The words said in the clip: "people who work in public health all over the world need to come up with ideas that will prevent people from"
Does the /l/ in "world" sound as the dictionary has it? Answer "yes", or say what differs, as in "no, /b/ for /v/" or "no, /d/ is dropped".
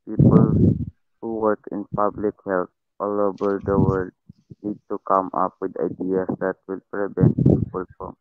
no, /l/ is dropped